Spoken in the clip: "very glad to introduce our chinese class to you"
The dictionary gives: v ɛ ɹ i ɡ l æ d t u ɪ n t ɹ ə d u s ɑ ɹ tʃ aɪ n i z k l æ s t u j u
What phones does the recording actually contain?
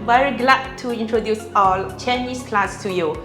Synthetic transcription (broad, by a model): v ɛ ɹ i ɡ l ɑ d t u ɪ n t ɹ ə d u s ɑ l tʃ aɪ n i s k l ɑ s t u j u